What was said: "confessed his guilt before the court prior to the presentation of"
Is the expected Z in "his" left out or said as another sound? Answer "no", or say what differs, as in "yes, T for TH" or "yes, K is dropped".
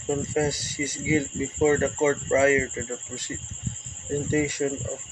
yes, S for Z